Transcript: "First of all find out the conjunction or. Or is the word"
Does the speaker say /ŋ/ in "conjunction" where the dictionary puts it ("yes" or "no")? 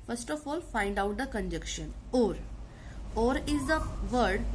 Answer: no